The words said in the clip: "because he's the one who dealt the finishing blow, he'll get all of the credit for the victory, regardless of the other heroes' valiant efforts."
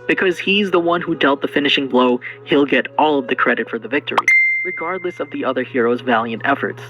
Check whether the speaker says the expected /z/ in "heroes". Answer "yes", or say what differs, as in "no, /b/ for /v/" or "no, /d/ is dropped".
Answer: yes